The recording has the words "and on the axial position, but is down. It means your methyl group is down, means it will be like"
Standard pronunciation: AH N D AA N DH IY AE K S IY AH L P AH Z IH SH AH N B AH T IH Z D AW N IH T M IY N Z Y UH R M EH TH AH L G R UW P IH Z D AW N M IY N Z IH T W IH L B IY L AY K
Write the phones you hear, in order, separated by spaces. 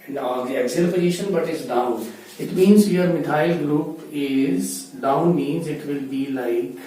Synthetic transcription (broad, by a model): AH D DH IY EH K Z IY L B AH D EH SH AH N B AH T IH Z D AW N IH T M IY N Z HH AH R M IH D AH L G L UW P IH Z D AW N M IY N Z IH T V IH L B IY L AY K